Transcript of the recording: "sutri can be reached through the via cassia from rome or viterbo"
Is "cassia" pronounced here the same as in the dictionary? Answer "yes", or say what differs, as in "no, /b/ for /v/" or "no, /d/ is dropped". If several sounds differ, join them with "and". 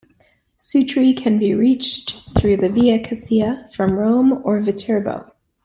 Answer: no, /s/ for /ʃ/